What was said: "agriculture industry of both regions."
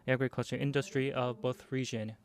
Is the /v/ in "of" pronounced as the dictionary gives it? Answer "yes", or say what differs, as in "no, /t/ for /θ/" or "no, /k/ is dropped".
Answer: yes